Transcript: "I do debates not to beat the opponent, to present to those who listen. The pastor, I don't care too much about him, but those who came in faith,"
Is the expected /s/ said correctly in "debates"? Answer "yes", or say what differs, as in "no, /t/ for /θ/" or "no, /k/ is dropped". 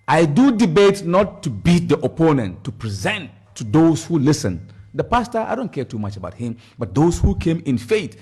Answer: no, /s/ is dropped